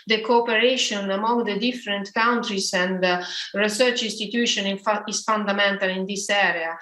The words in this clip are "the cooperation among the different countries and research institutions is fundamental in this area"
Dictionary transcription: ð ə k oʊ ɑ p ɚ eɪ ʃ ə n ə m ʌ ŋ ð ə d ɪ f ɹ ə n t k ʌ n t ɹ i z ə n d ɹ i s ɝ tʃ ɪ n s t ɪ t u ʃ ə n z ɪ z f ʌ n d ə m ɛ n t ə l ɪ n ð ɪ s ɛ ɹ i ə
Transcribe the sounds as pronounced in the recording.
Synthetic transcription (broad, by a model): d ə k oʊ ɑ p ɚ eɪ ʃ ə n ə m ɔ ŋ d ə d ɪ f ɹ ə n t k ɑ n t ɹ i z ə n d ɹ i s ɝ tʃ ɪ n s t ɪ t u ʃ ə n ɪ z f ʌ n d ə m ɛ n t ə l ɪ n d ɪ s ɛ ɹ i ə